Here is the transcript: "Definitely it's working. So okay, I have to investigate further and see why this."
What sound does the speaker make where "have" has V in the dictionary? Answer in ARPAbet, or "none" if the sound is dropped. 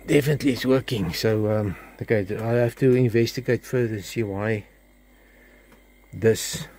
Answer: F